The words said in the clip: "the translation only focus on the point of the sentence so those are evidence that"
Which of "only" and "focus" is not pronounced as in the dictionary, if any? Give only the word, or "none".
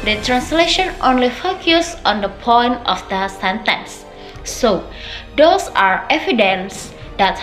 none